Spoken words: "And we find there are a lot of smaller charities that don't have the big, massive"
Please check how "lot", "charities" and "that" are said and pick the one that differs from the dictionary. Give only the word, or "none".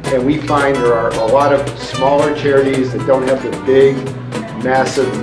none